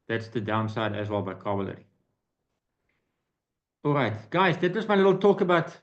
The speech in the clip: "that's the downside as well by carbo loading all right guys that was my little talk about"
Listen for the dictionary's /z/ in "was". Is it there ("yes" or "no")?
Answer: no